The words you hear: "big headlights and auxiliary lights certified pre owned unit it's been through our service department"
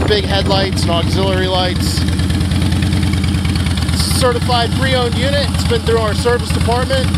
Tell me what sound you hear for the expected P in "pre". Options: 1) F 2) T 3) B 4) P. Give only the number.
1